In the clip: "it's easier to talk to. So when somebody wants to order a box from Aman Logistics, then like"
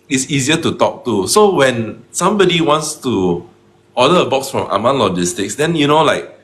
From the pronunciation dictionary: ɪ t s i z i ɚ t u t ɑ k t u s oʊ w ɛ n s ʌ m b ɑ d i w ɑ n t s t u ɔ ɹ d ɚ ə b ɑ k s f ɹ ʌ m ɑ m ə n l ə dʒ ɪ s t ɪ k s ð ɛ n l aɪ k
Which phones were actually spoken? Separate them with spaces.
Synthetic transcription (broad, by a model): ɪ t s i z i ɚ t u t ɑ k t u s oʊ w ɛ n s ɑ m b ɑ d i w ɑ n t s t u ɔ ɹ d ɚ ə b ɑ k s f ɹ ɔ m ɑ m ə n l ə dʒ ɪ s t ɪ k s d ɛ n l aɪ k